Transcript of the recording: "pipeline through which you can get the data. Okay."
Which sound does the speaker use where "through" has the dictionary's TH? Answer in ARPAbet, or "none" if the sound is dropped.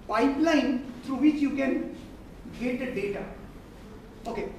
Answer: T